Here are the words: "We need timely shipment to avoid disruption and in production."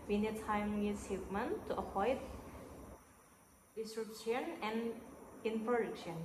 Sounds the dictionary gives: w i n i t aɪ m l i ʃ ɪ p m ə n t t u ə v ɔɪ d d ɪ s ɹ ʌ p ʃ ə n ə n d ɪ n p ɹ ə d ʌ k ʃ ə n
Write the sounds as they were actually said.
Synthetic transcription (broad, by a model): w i n i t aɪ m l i s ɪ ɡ m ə n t t u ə p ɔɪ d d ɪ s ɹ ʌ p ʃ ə n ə n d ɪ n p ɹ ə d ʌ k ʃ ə n